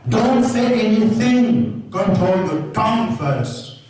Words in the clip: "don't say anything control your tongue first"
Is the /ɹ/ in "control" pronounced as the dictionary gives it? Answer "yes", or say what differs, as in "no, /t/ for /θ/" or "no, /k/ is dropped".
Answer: no, /ɹ/ is dropped